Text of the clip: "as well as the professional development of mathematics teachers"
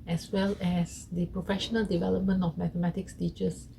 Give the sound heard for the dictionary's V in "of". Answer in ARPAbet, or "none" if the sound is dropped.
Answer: F